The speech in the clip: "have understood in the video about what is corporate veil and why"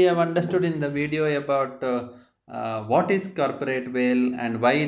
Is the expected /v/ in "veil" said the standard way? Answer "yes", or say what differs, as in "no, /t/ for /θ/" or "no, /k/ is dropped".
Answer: yes